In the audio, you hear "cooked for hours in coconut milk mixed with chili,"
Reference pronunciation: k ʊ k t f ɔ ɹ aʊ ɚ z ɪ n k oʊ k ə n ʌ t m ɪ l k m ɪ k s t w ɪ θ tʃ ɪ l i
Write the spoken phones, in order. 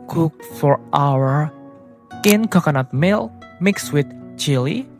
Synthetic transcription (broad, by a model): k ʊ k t f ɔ ɹ aʊ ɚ ɪ n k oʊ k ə n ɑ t m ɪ l m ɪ k s w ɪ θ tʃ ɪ l i